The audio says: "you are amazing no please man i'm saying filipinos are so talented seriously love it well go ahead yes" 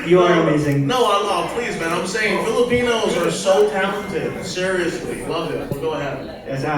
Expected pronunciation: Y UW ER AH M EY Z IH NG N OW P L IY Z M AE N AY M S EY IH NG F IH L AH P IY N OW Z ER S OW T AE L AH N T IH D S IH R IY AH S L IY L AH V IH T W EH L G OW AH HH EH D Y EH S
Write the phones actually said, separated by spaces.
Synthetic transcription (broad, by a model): Y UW ER AH M EY Z IH NG N OW P L IY Z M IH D AY M S EY IH NG F IH L AH P IY N OW Z ER S OW T AE L AH N T IH D S IH R IY AH S L IY L AH V IH T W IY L G OW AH HH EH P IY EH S